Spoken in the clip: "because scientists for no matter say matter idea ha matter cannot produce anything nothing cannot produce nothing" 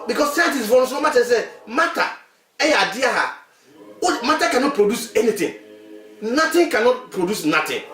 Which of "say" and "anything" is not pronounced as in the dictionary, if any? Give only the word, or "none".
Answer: anything